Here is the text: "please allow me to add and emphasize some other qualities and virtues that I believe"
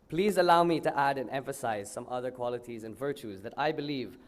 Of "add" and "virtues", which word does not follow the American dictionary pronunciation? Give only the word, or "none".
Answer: none